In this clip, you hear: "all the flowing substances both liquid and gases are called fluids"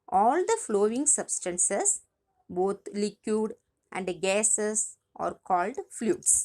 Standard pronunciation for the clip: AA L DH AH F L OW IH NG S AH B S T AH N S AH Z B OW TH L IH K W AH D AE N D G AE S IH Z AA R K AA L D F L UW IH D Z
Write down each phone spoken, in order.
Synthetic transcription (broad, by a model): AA L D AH F L OW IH NG S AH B S T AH N S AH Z B OW T L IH K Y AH D AE N D G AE S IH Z AA R K AA L D F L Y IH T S